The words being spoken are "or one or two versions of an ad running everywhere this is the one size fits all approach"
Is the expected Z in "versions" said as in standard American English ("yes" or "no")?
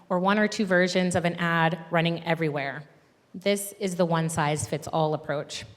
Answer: yes